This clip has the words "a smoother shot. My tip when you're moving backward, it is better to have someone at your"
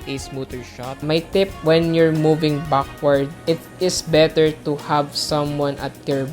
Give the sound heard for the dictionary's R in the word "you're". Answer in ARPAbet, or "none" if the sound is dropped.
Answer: R